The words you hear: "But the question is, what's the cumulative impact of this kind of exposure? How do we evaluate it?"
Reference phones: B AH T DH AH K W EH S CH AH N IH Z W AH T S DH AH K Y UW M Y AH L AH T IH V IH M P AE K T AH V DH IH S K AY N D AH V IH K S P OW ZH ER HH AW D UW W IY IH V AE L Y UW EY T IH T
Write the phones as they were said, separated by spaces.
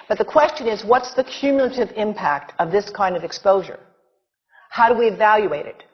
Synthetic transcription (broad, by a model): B AH T DH AH K W EH S CH AH N IH Z W AH T S DH AH K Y UW M Y L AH T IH V IH M P AE K T AH V DH IH S K AY N D AH V IH K S P OW ZH ER HH AW D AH W IY IH V AE L Y UW EY T IH T